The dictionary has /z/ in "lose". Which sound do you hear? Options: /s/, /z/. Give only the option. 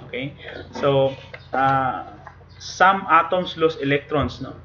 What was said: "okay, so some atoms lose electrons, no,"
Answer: /s/